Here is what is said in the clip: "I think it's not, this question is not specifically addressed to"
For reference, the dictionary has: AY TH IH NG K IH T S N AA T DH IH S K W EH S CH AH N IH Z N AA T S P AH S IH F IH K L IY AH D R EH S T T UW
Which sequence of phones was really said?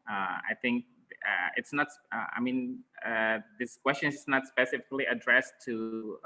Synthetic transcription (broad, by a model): AY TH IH NG K IH T S N AA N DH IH S K W EH S CH AH N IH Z N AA T S P AH S IH F IH K L IY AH D R EH S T T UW